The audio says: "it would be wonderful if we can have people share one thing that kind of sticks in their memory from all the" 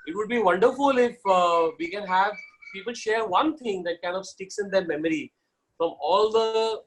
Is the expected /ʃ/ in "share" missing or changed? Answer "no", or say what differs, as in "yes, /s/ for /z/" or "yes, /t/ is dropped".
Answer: no